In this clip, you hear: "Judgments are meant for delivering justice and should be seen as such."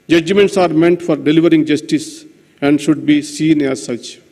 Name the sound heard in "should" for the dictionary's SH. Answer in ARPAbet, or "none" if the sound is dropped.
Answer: SH